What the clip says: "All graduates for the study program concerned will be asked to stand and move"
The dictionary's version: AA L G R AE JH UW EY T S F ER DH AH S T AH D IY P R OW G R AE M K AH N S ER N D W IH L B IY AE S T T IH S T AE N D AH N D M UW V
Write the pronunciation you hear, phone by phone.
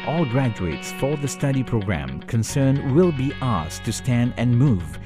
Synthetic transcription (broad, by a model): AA L G R AE JH UW EY T S F ER DH AH S T AH D IY P R OW G R AE M K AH N S ER N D W IH L B IY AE S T T IH S T AE N D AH N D M UW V